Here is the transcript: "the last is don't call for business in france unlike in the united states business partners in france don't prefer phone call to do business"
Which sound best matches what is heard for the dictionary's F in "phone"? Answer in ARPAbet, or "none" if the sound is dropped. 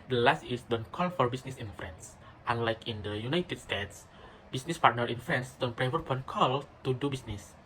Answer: P